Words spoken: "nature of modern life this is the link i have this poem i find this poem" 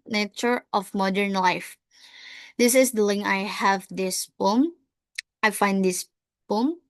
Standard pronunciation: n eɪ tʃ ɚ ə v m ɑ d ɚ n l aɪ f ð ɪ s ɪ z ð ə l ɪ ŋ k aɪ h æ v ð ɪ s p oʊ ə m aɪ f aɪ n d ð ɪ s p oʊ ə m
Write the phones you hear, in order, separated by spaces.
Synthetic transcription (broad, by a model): n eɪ tʃ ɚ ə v m ɑ d ɚ n l aɪ f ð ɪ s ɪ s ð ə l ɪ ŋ aɪ h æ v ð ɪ s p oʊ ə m aɪ f aɪ n d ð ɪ s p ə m